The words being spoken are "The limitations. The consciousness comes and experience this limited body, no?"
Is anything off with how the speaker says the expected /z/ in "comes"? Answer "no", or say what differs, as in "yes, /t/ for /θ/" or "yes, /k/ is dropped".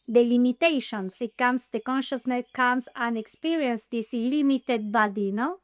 yes, /s/ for /z/